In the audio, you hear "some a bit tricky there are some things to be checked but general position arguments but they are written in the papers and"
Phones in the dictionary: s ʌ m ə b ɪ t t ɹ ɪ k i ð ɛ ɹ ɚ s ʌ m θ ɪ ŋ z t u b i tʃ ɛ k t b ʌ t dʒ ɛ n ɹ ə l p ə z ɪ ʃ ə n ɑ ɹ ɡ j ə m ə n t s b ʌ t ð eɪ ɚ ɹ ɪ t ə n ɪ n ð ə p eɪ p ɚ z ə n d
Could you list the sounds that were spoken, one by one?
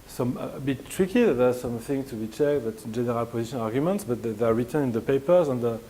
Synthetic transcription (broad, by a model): s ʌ m ə b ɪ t t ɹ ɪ k i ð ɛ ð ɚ s ʌ m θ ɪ ŋ t u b i tʃ ɛ k t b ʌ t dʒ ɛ n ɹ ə l p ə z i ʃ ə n ɑ ɹ ɡ j ə m ə n t s b ʌ t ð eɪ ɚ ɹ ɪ t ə n ɪ n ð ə p eɪ p ɚ z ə n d